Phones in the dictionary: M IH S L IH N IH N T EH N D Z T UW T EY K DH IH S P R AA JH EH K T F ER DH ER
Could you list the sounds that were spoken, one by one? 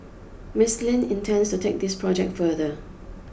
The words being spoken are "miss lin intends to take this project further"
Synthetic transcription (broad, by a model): M IH S L IH N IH N T EH N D S T UW T EY K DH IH S P R AA JH EH K T F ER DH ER